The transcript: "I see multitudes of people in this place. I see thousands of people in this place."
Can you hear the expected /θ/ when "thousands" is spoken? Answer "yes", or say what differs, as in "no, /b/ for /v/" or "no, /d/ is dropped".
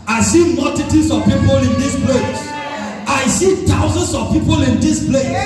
no, /t/ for /θ/